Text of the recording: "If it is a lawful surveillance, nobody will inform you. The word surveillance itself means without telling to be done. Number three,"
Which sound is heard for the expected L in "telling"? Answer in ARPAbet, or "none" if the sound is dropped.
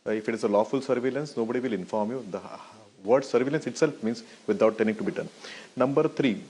N